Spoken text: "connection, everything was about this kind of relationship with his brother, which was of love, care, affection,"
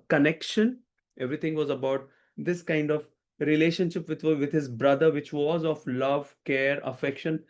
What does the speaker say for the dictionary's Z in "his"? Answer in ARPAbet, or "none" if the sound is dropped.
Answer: Z